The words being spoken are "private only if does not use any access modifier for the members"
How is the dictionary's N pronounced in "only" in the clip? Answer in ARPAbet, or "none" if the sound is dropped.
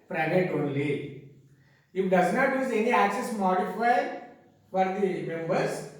N